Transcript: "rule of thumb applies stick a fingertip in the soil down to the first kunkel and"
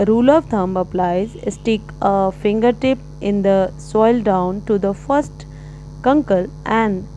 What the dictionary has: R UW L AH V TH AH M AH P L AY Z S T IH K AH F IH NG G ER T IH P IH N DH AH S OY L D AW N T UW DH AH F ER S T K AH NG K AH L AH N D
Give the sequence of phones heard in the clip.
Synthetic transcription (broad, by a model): R UW L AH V T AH M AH P L AY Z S T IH K AH F IH NG G ER T IH P IH N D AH S OY L D AW N T UW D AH F ER S T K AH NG K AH L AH N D